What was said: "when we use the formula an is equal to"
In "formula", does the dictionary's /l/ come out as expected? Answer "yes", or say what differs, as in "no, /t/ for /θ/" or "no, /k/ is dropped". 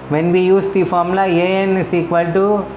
no, /l/ is dropped